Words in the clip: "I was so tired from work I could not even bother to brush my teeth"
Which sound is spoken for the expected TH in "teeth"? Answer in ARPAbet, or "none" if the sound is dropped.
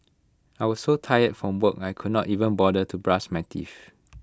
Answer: F